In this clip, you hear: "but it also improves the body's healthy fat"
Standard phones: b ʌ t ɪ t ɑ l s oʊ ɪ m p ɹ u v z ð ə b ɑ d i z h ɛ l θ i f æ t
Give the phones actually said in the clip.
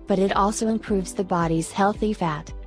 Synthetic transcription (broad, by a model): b ʌ t ɪ t ɑ l s oʊ ɪ m p ɹ u v z ð ə b ɑ d i z h ɛ l θ i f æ t